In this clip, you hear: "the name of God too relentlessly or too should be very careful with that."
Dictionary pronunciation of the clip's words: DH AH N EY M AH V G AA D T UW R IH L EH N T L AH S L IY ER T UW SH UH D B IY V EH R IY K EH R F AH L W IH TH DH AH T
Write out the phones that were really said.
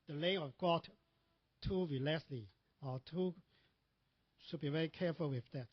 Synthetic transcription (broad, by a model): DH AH L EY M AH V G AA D T UW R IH L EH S L IY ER T UW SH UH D B IY V EH R IY K EH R F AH L W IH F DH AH T